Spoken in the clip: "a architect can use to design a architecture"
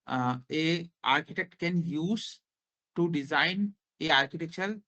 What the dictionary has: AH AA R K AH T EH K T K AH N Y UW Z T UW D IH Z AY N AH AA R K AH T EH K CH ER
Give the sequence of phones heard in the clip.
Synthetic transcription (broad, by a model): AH AA R K AH T EH K T K AH N Y UW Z T UW D IH Z AY N AH AA R K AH T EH K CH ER